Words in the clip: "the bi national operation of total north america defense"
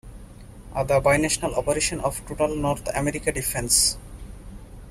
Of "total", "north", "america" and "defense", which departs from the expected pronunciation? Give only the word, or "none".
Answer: north